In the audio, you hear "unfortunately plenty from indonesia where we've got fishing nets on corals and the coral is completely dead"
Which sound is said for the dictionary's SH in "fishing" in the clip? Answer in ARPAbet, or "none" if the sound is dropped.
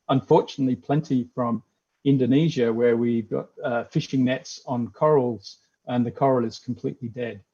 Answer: SH